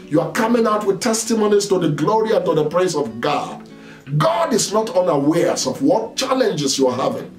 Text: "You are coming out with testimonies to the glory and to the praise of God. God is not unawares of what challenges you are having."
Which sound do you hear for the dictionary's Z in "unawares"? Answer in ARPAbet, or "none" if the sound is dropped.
S